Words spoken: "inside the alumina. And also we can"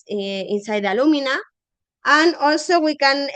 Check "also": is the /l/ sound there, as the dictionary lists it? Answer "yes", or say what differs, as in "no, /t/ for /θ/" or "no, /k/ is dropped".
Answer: no, /l/ is dropped